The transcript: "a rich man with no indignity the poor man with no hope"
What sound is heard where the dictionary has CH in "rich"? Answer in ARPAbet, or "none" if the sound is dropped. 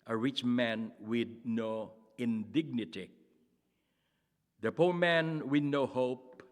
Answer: CH